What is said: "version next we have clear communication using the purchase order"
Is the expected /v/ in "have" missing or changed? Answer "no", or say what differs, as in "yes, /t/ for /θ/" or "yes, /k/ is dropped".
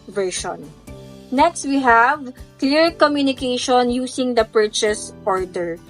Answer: no